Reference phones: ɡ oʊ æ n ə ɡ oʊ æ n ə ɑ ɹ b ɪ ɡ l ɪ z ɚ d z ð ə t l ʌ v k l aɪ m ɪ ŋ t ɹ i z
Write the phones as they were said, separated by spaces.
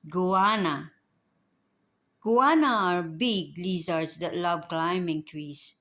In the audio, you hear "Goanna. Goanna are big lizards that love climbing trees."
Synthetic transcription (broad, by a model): ɡ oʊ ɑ n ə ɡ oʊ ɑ n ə ɑ ɹ b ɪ ɡ l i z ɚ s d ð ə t l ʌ b k l aɪ m ɪ ŋ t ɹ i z